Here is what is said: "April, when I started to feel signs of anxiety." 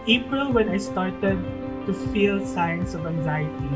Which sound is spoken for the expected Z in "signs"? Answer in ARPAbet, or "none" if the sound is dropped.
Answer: S